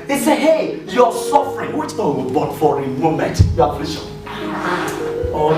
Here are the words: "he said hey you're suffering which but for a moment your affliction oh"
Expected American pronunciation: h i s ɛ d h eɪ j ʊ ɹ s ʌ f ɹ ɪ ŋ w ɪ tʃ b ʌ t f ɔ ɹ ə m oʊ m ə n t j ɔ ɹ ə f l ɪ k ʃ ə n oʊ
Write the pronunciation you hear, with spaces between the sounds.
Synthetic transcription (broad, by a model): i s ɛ h eɪ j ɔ s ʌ f ɹ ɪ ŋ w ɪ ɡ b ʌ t f ɔ ɹ ə m oʊ m ə n t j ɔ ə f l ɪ ʃ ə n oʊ